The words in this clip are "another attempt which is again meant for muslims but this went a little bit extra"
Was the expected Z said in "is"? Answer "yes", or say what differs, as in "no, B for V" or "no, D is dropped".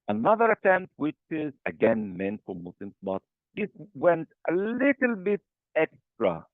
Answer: yes